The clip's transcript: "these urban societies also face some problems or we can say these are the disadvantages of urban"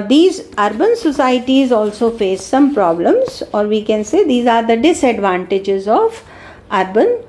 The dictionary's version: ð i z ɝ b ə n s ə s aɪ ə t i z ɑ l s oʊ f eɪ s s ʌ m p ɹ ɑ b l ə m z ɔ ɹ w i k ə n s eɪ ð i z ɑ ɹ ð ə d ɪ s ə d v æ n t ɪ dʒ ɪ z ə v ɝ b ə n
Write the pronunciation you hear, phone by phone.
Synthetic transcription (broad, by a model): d i z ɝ b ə n s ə s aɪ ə t i z ɑ l s oʊ f eɪ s s ʌ m p ɹ ɑ b l ə m z ɔ ɹ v i k ə n s eɪ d i z ɑ ɹ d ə d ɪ s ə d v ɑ n t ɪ dʒ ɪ z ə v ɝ b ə n